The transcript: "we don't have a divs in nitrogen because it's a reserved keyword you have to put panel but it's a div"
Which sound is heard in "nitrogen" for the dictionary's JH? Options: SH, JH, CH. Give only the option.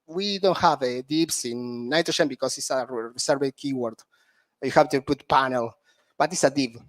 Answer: SH